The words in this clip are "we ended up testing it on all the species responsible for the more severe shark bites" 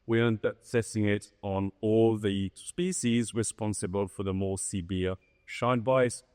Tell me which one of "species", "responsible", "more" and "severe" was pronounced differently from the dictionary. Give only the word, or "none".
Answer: severe